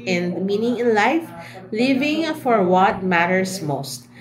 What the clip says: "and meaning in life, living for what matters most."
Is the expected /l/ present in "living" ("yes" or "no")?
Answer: yes